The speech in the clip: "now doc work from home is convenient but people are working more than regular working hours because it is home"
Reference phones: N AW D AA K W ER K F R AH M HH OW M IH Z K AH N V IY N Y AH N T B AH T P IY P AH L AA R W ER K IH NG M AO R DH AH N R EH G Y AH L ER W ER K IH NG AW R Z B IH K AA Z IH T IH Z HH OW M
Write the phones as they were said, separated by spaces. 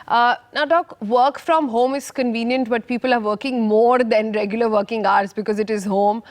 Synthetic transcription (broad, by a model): N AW D AA K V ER K F R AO M HH OW M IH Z K AH N V IY N Y AH N T B AH T P IY P AH L AA R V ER K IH NG M AO R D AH N R EH G Y AH L ER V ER K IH NG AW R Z B IH K AA Z IH T IH Z HH OW M